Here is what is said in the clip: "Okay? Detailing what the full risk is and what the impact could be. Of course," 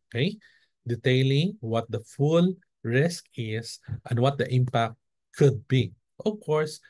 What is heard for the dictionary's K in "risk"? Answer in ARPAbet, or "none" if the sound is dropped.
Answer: K